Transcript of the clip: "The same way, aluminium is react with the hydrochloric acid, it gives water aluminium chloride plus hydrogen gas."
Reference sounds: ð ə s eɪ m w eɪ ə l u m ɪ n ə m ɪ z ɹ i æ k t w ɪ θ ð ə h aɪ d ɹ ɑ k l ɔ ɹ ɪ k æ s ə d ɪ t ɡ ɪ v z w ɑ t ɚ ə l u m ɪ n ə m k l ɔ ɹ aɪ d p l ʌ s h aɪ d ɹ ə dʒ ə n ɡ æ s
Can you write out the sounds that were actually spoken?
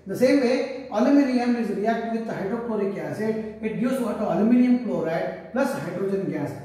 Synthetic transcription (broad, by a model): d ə s eɪ m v eɪ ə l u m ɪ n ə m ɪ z ɹ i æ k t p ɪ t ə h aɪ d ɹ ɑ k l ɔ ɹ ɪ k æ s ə ɪ t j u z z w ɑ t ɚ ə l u m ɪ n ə m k l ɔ ɹ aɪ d p l ʌ s h aɪ d ɹ ə dʒ ə n ɡ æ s